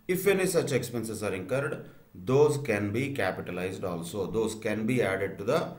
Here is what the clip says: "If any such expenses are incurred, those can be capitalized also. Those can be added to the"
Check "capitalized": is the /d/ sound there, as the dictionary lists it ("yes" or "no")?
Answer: yes